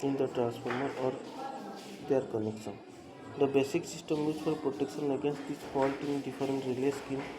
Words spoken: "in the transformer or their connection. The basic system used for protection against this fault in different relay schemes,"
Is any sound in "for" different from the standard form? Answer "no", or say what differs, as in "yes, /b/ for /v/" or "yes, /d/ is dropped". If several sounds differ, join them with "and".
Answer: yes, /l/ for /ɹ/